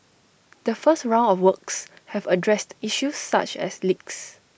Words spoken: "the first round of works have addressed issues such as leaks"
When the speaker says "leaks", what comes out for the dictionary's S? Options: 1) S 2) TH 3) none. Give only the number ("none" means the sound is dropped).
1